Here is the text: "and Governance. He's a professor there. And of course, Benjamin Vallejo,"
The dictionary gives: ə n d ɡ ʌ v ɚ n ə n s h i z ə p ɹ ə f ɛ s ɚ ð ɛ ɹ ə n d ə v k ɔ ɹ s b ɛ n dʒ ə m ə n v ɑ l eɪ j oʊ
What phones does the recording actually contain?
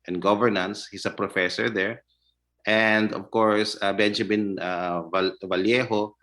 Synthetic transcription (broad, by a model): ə n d ɡ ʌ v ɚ n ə n s h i s ə p ɹ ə f ɛ s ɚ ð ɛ ɹ ə n d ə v k ɔ ɹ s b ɛ n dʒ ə m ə n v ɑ l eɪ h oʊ